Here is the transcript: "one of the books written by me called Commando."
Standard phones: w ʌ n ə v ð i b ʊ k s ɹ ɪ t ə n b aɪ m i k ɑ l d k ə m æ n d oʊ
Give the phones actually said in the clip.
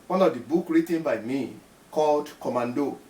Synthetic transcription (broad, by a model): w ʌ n ə v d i b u k ɹ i t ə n b aɪ m i k ɑ l d k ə m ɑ n d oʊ